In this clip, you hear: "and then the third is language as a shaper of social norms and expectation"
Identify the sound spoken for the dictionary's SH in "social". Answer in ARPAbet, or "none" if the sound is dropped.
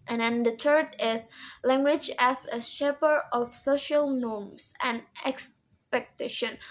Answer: SH